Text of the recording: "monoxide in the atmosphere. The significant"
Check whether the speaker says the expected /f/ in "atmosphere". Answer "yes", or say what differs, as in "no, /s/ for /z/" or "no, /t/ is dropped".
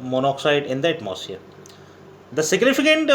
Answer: no, /f/ is dropped